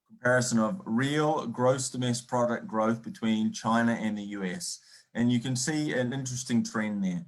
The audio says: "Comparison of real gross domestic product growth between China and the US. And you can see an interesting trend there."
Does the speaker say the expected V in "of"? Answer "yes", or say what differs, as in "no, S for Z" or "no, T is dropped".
yes